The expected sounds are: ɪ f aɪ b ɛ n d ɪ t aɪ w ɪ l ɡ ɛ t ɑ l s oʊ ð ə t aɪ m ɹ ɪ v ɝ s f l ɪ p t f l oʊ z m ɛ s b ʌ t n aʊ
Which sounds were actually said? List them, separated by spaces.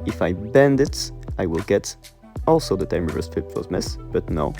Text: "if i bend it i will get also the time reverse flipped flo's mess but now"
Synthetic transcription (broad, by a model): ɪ f aɪ b ɛ n d ɪ t aɪ w ɪ l ɡ ɛ t ɑ l s oʊ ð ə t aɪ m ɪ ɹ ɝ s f ɪ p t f oʊ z m ɛ s b ʌ t n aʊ